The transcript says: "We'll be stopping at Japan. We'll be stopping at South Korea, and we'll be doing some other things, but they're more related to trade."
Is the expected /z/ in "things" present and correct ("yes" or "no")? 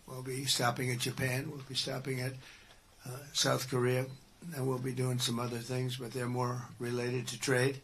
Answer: yes